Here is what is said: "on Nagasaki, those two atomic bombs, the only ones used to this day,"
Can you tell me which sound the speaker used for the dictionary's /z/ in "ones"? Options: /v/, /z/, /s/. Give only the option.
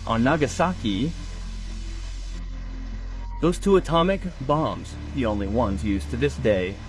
/z/